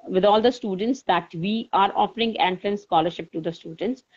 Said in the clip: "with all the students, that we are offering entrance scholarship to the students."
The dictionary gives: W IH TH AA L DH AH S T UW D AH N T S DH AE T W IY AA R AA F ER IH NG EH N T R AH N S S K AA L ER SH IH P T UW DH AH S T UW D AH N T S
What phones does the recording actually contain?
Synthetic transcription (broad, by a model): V IH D AA L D AH S T UW D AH N T S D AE T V IY AA R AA F ER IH NG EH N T L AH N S S K AA L ER SH IH P T UW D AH S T UW D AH N T S